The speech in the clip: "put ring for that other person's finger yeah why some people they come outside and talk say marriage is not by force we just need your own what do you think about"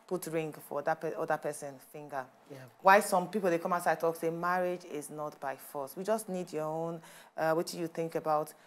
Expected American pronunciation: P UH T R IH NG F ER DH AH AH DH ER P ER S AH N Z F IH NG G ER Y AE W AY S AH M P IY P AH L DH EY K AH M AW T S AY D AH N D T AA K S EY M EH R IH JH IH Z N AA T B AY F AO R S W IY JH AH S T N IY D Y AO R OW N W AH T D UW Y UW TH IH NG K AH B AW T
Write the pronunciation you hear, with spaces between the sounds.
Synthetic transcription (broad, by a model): P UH T R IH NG F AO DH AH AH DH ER P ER S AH N F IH NG G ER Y W AY S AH M P IY P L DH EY K AH M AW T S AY AH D T AA K S EY M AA R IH JH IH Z N AA T B AY F AO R S W IY JH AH S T N IY D Y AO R OW N W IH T Y UW TH IH NG K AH B AW T